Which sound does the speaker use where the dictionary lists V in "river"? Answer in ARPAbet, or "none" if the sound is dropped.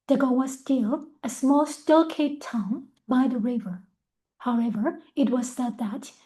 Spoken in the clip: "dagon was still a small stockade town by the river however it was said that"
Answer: V